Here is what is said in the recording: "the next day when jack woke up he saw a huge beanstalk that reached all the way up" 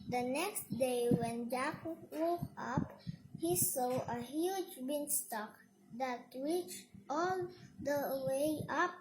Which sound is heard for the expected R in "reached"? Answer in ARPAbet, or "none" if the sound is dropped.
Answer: W